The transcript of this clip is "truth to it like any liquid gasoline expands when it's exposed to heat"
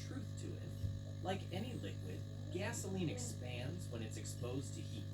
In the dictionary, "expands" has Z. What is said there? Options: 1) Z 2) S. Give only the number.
1